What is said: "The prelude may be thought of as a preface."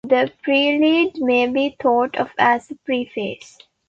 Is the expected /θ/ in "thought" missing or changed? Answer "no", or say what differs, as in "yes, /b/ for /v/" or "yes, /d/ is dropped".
yes, /t/ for /θ/